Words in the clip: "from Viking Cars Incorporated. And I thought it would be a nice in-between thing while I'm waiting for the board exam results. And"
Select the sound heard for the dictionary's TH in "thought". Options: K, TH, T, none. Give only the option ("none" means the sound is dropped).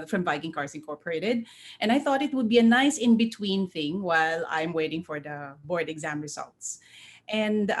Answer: TH